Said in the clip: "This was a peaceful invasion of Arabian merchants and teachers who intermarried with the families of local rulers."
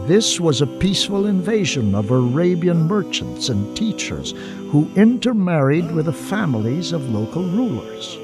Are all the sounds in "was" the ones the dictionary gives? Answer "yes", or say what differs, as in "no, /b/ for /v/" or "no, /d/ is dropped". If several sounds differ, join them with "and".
yes